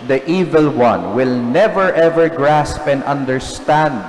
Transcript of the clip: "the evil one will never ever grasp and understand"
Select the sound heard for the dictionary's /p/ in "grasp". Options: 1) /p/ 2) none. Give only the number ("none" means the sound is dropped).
1